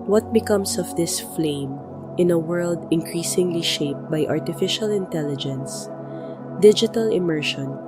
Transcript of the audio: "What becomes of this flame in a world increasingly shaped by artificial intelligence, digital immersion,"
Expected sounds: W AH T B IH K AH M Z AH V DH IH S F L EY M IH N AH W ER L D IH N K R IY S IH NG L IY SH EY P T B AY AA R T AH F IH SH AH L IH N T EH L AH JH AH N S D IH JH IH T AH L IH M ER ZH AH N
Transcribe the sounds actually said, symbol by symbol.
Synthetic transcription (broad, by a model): W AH T B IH K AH M S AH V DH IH S F L EY M IH N AH W ER L D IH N K R IY S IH NG L IY SH EY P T B AY AA R T AH F IH SH AH L IH N T EH L AH JH AH N S D IH JH IH T AH L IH M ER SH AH N